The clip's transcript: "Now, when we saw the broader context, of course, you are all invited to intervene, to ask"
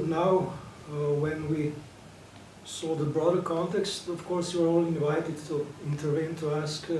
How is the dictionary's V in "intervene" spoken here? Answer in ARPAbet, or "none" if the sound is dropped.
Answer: V